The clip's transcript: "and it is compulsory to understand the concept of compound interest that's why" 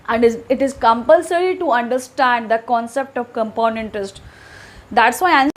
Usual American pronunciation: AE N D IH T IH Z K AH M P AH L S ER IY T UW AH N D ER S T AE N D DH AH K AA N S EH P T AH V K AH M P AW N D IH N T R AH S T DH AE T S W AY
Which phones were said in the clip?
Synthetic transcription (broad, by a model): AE N D IH T IH Z K AH M P AH L S ER IY T UW AH N D ER S T AE N D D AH K AA N S EH P T AH V K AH M P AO N IH N T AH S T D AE T S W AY